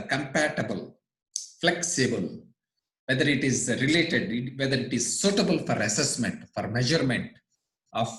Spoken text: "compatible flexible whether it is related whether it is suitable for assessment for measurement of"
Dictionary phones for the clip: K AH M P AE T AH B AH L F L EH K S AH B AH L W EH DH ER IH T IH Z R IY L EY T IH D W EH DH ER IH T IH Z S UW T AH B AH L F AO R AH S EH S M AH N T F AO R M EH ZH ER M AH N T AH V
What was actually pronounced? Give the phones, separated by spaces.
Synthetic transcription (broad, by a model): K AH M P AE T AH B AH L F L EH K S AH B AH L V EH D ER IH T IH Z R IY L EY T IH D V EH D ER IH T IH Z S UW T AH B AH L F AO R AH S EH S M AH N T F AO R M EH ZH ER M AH N T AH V